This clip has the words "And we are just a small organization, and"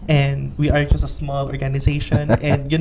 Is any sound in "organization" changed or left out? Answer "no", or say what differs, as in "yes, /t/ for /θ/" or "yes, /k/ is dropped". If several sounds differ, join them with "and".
no